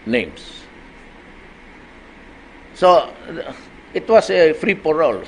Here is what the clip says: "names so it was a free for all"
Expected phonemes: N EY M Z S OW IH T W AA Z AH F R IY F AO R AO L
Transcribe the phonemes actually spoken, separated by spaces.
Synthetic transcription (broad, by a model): N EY M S S OW IH T W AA S AH F R IY P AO R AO L